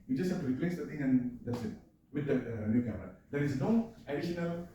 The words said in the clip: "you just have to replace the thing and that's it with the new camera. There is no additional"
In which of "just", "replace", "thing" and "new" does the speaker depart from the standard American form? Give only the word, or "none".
thing